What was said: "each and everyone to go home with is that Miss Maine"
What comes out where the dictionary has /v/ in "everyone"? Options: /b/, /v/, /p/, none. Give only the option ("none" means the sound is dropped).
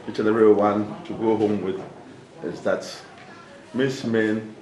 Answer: none